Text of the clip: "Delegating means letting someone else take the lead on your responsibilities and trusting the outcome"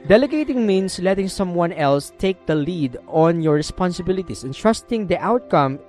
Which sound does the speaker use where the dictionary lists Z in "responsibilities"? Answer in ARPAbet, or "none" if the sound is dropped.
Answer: S